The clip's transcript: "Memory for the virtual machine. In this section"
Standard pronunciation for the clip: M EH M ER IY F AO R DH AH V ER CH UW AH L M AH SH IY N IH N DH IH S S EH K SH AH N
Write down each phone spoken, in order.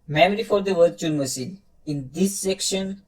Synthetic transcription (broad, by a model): M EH M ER IY F AO R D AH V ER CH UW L M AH S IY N IH N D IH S S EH K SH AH N